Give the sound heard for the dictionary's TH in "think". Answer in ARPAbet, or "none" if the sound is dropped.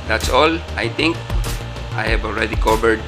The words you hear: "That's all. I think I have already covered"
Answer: T